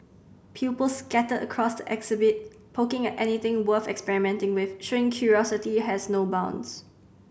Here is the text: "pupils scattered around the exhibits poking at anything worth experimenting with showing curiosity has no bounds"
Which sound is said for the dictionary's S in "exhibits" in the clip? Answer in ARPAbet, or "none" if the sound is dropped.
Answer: none